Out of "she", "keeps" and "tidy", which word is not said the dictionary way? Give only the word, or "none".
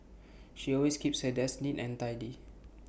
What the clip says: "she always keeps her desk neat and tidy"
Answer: none